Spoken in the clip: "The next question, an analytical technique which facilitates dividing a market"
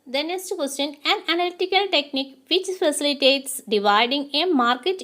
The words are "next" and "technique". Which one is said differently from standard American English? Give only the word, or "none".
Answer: next